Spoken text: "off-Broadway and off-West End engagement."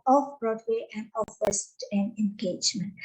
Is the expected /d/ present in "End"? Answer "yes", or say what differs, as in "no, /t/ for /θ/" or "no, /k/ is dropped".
no, /d/ is dropped